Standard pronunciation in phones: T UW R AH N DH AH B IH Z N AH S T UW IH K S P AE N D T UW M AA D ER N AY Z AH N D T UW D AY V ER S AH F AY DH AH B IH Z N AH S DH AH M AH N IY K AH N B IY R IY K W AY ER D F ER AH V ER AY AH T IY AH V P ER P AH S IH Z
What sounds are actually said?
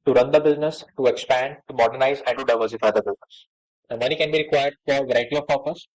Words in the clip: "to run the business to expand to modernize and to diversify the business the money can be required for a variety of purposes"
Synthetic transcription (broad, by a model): T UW R AH N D AH B IH Z N AH S T UW IH K S P AE N D T UW M AA D ER N AY Z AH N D T UW D AY V ER S AH F AY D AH B IH Z N AH S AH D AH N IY K AH N B IY R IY K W AY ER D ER AH V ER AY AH T IY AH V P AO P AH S